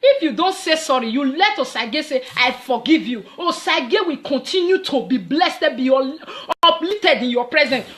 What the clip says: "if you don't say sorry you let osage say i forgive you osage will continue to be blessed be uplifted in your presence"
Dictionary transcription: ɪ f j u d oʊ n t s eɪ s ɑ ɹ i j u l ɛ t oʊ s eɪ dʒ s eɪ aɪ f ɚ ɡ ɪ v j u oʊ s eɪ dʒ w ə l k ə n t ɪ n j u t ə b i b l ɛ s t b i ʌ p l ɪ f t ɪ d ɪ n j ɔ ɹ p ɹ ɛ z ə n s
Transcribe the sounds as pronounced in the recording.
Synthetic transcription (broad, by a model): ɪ f j u d oʊ n t s eɪ s ɑ ɹ i j u l ɛ t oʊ s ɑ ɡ s eɪ aɪ f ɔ ɡ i v j u oʊ s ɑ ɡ w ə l k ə n t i n j u t ə b i b l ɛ s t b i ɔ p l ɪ t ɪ d ɪ n j ɔ p ɹ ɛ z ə n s